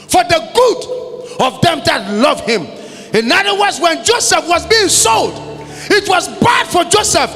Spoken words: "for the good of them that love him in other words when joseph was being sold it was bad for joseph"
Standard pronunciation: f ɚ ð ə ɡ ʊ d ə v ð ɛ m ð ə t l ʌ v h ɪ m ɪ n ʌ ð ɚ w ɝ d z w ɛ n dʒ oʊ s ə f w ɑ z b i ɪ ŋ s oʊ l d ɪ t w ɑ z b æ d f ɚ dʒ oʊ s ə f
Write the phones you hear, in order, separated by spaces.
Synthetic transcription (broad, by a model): f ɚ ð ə ɡ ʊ d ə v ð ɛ m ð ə t l ʌ v h ɪ m ɪ n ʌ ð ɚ w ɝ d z w ɛ n dʒ oʊ s ə f w ɑ z b i ɪ ŋ s oʊ l d ɪ t w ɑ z b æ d f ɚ dʒ oʊ s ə f